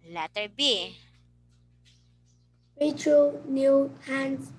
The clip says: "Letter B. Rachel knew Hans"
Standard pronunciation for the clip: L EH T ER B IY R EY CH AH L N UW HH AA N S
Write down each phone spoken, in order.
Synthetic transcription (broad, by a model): L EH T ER B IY W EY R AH N UW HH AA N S